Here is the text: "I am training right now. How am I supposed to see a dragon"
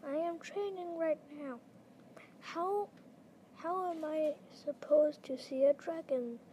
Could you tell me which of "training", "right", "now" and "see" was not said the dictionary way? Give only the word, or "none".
none